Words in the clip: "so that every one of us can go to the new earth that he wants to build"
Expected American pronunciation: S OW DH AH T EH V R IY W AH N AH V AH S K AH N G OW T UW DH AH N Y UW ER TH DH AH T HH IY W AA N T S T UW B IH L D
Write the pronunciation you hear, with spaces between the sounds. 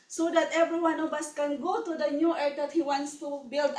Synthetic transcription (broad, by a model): S OW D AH T EH V R IY W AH N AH B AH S K AH N G OW T UW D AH N Y UW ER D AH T HH IY W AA N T S T UW B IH L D